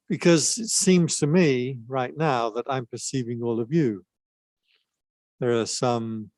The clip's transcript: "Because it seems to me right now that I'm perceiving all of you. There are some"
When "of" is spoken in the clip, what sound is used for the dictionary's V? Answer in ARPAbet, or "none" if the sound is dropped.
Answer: V